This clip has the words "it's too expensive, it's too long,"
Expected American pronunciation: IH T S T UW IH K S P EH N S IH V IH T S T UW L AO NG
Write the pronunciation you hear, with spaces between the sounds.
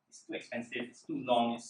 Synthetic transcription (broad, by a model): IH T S T UW IH K S P EH N S IH V IH T S T UW L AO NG